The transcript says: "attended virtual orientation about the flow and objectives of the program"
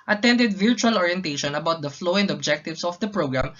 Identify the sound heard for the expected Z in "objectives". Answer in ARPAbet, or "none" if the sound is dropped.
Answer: S